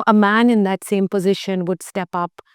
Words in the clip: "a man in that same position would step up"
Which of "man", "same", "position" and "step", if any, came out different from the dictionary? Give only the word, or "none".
none